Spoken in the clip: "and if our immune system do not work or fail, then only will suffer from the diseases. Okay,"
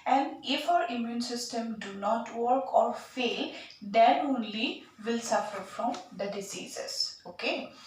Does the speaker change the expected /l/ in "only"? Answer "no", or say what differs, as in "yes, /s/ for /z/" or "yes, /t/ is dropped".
no